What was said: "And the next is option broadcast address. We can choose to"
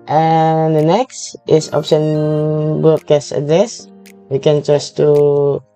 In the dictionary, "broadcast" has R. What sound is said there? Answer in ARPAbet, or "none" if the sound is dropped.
none